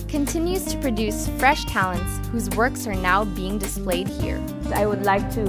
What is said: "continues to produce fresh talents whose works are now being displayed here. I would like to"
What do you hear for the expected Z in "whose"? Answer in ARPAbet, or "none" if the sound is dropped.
Z